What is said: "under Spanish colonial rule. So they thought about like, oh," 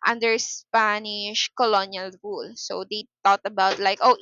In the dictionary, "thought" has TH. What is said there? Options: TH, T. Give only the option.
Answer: T